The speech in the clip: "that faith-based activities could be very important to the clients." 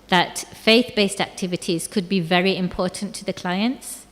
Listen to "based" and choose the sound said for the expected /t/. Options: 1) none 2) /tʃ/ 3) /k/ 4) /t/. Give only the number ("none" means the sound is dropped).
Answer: 4